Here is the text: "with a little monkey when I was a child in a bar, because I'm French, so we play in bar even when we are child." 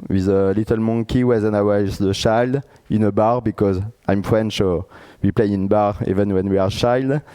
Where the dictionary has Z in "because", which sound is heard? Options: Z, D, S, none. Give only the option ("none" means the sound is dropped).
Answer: Z